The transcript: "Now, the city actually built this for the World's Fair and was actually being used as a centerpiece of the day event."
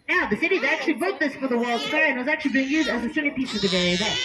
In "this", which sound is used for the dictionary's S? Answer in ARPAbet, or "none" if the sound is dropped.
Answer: S